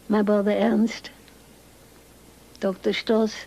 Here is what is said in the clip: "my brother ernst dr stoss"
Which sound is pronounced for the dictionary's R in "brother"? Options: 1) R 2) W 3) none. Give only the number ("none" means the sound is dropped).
3